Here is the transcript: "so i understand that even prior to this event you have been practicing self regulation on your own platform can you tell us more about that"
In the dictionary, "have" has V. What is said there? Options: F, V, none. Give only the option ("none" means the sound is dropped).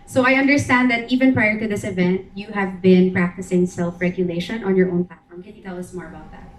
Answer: V